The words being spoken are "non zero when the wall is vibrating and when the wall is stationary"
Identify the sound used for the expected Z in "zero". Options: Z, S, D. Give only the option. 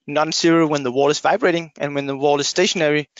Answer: S